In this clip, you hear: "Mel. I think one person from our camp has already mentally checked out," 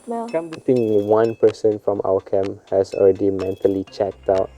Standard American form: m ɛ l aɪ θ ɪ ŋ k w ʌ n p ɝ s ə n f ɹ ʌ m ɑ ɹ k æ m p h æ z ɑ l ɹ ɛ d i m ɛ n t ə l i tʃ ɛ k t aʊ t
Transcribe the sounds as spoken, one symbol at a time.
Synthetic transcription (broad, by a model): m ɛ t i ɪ ŋ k w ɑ n p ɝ s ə n f ɹ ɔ m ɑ k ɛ m h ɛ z ɑ l ɹ ɛ d i m ɛ n t ə l i tʃ ɛ k t aʊ t